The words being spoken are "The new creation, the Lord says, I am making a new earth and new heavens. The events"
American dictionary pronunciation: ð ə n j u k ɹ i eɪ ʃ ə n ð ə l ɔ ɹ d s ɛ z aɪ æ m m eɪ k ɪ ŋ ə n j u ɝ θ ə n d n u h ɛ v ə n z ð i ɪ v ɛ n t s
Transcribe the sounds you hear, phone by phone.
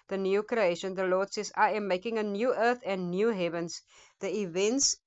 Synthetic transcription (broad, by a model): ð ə n j u k ɹ i eɪ ʃ ə n ð ə l ɔ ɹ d s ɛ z aɪ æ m m eɪ k ɪ ŋ ə n j u ɝ θ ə n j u h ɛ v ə n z ð i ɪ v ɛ n t s